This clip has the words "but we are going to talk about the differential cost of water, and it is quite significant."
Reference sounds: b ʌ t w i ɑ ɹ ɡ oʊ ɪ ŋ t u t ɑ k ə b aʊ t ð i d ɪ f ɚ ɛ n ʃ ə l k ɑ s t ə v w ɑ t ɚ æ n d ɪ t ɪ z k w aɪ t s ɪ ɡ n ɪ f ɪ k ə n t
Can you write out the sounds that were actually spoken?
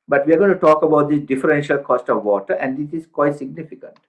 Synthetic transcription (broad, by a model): b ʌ t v i ɑ ɹ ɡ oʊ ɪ t u t ɑ k ə b aʊ t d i d ɪ f ɚ ɛ n ʃ ə l k ɑ s t ə v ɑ t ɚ æ n d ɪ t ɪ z k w aɪ t s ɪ ɡ n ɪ f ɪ k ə n t